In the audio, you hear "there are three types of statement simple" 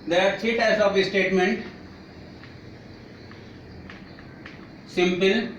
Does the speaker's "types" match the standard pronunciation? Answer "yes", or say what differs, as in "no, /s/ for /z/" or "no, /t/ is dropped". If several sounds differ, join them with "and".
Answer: no, /p/ is dropped